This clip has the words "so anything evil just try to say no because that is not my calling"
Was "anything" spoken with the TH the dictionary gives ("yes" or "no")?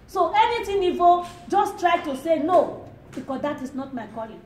no